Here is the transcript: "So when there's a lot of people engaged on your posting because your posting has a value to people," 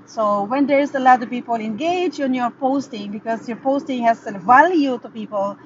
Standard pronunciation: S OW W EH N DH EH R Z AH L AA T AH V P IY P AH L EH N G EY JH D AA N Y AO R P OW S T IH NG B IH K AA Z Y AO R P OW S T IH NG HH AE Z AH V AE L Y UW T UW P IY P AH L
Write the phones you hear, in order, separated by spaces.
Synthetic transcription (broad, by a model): S OW W EH N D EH R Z AH L AA T AH V P IY P AH L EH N G EY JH AA N Y AO R P OW S T IH NG B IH K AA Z Y AO R P OW S T IH NG HH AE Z AH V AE L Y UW T UW P IY P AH L